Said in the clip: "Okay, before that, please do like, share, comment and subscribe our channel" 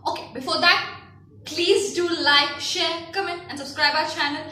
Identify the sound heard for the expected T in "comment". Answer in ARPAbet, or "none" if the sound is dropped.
none